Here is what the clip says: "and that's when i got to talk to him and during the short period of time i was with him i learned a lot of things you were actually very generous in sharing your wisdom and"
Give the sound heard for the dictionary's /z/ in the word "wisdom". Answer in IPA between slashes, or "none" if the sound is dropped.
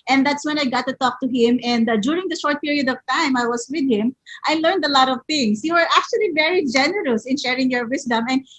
/s/